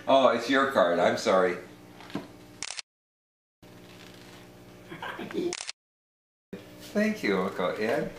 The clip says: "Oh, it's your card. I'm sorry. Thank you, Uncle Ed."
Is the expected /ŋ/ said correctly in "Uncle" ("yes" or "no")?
no